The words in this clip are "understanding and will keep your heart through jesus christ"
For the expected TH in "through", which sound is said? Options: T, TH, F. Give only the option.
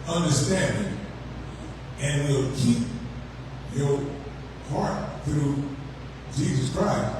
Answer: TH